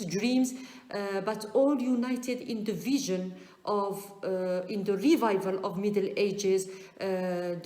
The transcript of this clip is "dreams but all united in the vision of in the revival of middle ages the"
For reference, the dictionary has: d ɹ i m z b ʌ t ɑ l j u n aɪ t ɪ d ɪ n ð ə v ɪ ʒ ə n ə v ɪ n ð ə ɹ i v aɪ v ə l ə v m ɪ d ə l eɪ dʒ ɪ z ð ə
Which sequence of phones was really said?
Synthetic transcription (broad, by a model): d ɹ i m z b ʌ t ɑ l j u n aɪ t ɪ d ɪ n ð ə v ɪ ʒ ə n ə v ɪ n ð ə ɹ i v aɪ v ə l ə v m ɪ d ə l eɪ dʒ ɪ z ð